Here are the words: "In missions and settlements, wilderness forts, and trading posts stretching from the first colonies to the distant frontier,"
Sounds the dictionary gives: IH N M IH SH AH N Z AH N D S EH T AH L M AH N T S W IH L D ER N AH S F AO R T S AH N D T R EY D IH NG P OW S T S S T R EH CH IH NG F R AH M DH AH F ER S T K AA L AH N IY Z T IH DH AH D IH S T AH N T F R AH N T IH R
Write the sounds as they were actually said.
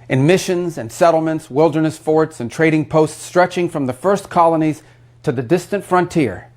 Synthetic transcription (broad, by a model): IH N M IH SH AH N Z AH N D S EH T L M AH N T S W IH L D ER N AH S F AO R T S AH N T R EY D IH NG P OW S T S S T R EH CH IH NG F R AH M DH AH F ER S K AA L AH N IY Z T IH DH AH D IH S T AH N T F R AH N T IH R